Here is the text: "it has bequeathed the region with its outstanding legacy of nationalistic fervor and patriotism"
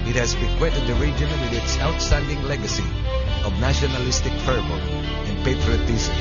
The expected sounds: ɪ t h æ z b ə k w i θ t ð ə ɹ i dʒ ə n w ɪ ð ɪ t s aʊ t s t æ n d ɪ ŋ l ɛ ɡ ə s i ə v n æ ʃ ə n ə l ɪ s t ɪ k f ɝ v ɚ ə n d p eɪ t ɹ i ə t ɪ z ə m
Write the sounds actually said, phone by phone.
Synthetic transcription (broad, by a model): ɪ t h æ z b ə k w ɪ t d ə ɹ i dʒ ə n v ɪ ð ɪ t s aʊ t s t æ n d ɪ ŋ l ɛ ɡ ə s i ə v n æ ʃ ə n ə l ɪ s t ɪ k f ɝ b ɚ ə n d p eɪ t ɹ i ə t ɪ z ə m